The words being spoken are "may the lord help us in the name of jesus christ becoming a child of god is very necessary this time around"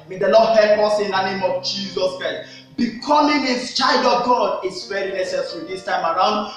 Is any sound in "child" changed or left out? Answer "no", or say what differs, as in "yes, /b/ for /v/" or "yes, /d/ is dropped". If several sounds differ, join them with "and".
no